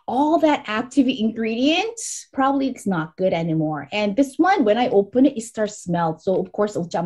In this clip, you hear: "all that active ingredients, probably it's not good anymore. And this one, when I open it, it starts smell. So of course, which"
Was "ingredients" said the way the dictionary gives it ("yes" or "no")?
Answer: no